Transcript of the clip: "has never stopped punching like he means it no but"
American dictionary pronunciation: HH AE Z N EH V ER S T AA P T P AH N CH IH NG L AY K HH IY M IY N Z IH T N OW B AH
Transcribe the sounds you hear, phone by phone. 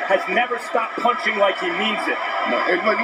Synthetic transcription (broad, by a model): HH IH Z N EH V ER S T AA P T P AH N CH IH NG L AY K HH IY M IY N Z IH T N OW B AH